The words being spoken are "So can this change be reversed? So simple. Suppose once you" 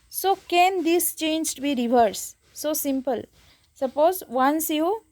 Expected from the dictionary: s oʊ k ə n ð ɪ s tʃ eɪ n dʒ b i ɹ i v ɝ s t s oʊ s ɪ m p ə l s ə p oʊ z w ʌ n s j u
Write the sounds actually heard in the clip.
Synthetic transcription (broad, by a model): s oʊ k ə n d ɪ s tʃ eɪ n dʒ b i ɹ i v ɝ t s oʊ s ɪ m p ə l s ə p oʊ z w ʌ n s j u